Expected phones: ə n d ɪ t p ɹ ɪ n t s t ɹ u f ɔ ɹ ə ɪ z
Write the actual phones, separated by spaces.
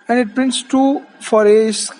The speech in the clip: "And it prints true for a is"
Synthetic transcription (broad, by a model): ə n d ɪ t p ɹ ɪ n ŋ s t u f ɔ ɹ ə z